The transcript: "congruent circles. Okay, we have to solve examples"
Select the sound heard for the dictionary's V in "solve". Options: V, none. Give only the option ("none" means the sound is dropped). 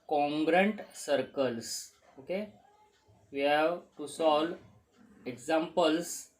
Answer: none